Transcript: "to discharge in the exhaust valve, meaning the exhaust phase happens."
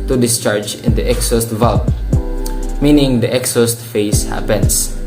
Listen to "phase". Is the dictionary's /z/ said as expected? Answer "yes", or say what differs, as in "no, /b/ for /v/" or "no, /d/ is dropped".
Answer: no, /s/ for /z/